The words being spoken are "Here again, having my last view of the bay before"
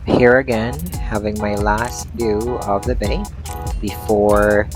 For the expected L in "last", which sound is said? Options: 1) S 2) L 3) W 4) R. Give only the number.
2